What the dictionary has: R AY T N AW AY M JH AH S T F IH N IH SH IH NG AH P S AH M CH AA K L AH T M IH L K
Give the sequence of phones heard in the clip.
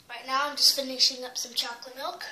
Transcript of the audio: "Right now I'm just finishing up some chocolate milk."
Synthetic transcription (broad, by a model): R AY T N AW AY M JH AH S T F IH N IH SH IH NG AH P S AH M CH AA K L AH T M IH L K